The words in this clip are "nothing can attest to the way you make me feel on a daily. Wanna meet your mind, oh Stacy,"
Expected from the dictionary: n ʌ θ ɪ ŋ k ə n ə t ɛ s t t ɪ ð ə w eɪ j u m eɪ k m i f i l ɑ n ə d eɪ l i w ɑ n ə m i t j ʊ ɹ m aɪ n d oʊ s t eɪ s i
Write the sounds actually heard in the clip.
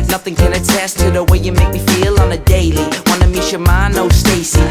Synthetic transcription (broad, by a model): n ʌ θ ɪ ŋ k ə n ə t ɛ s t t ɪ ð ə w eɪ j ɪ m eɪ k m i f i l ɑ n ə d eɪ l i w ɑ n ə m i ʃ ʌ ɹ m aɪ n oʊ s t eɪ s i